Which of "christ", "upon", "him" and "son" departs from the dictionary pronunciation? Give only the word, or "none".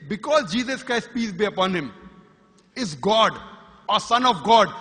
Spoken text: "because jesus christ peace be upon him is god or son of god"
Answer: none